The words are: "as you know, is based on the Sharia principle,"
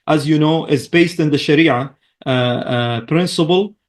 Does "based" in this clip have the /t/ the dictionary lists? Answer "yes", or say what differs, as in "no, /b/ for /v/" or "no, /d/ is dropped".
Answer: yes